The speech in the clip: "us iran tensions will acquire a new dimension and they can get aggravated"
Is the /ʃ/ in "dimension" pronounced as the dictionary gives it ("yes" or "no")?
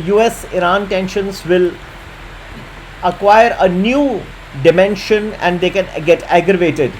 yes